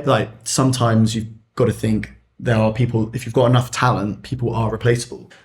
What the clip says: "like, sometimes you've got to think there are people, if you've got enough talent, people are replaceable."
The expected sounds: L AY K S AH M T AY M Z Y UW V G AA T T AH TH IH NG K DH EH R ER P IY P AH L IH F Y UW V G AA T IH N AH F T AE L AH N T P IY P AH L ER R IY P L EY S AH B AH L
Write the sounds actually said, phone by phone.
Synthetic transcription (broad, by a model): L AY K S AH M T AY M Z Y UW V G AA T T AH TH IH NG K DH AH R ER P IY P AH L IH F Y UW V G AA T IH N AH F T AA L AH N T P IY P AH L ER R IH P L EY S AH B AH L